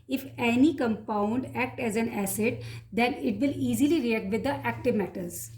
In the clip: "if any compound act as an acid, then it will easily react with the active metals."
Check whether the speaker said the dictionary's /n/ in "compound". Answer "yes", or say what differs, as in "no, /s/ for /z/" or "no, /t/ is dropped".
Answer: yes